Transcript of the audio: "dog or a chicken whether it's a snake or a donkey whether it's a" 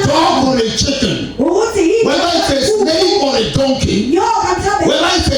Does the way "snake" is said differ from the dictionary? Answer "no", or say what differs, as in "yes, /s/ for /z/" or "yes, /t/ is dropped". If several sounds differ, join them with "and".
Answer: yes, /k/ is dropped